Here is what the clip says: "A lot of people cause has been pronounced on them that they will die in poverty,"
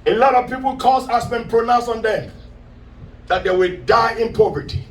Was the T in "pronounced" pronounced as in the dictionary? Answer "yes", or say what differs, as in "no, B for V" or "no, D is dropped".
no, T is dropped